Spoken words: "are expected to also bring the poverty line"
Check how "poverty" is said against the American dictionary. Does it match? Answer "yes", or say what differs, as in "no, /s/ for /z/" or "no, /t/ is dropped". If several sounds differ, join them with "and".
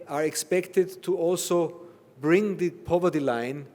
yes